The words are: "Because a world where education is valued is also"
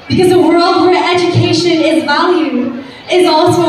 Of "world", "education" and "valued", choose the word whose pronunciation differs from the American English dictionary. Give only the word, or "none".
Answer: valued